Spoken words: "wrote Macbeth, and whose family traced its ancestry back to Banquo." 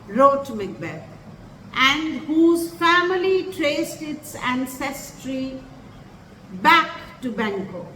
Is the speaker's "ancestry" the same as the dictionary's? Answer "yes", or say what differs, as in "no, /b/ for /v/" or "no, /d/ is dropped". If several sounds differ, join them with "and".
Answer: yes